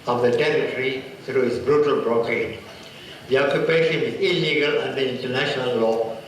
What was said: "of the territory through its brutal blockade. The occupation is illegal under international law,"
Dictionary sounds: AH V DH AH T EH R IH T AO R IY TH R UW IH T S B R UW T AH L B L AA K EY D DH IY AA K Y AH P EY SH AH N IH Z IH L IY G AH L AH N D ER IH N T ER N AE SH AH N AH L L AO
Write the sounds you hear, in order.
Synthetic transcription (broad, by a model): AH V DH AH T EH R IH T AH R IY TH R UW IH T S B R UW T AH L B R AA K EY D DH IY AA K Y AH P EY SH AH N IH Z IH L IY G AH L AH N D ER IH N T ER N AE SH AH N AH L L AO